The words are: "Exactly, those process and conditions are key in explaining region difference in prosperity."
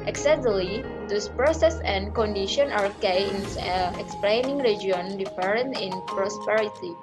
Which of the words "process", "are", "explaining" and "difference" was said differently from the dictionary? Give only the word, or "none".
difference